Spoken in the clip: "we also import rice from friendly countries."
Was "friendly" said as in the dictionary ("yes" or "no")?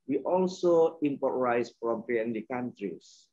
no